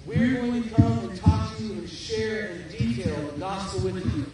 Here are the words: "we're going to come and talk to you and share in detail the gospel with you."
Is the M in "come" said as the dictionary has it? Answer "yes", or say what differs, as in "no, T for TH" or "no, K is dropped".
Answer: no, M is dropped